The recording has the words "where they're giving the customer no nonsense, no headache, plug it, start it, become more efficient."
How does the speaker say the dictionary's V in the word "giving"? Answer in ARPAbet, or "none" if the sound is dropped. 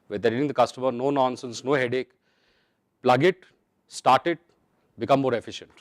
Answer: none